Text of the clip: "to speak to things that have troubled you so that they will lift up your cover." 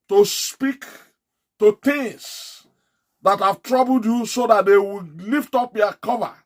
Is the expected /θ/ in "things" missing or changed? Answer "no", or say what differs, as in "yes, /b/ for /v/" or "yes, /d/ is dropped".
yes, /t/ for /θ/